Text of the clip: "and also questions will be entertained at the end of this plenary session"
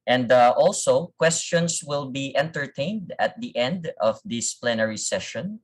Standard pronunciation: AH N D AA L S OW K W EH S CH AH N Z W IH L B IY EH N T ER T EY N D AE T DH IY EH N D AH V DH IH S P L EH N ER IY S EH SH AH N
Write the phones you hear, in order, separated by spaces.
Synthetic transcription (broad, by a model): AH N D AA L S OW K W EH S CH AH N S W IH L B IY EH N T ER T EY N D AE T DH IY EH N D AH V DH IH S P L EH N ER IY S EH SH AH N